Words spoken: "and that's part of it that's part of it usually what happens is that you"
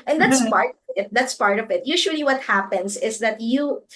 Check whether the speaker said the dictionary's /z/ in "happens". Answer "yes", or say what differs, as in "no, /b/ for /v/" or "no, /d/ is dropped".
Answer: no, /s/ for /z/